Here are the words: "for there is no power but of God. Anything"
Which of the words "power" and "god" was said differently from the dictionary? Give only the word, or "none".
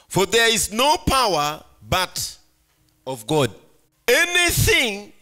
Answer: none